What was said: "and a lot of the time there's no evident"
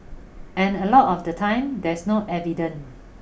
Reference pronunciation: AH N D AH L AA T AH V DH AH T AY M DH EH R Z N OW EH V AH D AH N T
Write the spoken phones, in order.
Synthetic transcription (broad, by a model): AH N AH L AA T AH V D AH T AY M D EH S N OW EH V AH D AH N